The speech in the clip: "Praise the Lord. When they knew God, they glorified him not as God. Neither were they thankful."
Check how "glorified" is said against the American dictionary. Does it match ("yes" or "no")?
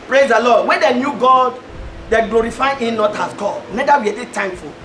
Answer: no